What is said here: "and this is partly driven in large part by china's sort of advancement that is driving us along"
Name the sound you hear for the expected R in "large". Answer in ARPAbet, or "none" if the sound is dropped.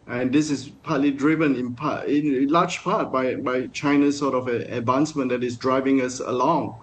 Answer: L